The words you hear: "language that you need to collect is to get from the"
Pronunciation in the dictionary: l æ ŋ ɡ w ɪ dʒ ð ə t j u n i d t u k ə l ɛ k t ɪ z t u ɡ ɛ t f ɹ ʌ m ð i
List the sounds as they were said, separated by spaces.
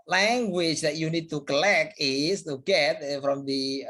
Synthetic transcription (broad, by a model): l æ ŋ ɡ w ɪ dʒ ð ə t j u n i d t u k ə l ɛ k ɪ s t u ɡ ɛ t f ɹ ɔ m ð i